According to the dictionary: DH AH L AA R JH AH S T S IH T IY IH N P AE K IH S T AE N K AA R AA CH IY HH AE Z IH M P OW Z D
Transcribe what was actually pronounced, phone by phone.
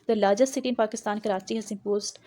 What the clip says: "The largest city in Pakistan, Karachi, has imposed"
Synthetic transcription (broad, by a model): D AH L AA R JH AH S S IH T IY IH N P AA K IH S T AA N K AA R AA S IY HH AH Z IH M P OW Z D